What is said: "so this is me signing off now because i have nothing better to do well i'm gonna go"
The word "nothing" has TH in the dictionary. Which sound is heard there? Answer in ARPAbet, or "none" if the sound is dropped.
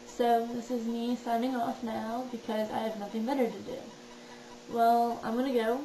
TH